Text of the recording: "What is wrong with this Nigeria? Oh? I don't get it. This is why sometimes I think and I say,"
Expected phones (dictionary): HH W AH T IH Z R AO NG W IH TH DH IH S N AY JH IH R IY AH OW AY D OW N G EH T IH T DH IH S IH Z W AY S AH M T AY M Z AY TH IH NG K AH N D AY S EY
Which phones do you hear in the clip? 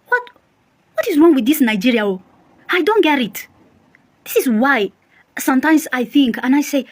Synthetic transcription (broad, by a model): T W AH T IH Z R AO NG W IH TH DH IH S N AY JH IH R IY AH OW AY D OW N G EH T IH T DH IH S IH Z W AY S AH M T AY M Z AY TH IH NG K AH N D AY S EY